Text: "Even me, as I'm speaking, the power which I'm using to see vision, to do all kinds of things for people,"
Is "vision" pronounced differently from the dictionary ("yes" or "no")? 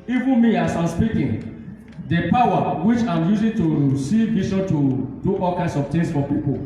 yes